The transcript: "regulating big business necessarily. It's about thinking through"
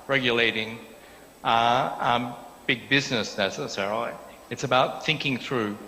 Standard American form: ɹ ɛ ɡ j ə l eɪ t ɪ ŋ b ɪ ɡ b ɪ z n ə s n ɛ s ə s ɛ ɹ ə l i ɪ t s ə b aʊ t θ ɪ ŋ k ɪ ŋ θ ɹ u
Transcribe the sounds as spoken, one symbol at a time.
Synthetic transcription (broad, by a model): ɹ ɛ ɡ j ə l eɪ t ɪ ŋ b ɪ ɡ b ɪ z n ə s n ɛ s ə s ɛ ɹ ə l i ɪ t s ə b aʊ t θ ɪ ŋ k ɪ ŋ θ ɹ u